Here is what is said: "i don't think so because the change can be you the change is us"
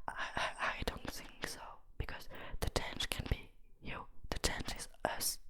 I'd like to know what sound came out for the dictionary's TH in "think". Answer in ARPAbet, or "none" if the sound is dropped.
TH